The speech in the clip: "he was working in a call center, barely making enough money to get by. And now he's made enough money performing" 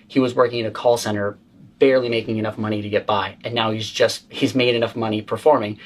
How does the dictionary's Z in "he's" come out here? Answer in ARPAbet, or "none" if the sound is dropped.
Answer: Z